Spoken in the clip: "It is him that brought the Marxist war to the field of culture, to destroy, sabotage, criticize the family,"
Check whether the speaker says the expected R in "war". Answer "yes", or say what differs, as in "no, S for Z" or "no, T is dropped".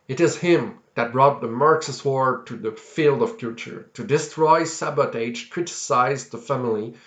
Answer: yes